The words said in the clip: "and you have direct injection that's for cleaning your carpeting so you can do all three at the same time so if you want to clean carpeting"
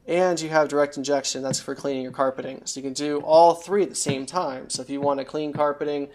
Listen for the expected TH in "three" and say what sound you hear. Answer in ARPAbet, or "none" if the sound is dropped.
TH